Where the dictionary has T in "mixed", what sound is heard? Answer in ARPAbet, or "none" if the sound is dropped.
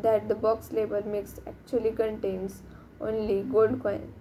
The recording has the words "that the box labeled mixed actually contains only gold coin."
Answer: none